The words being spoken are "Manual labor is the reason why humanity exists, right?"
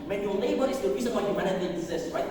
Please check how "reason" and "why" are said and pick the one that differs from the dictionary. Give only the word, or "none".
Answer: none